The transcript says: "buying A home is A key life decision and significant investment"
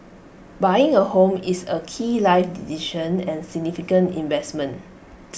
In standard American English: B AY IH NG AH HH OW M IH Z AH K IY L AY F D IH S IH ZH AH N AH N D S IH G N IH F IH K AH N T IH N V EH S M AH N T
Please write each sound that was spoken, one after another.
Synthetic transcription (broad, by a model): B AY IH NG AH HH OW M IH S AH K IY L AY F D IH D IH SH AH N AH N S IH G N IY F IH K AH N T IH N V EH S M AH N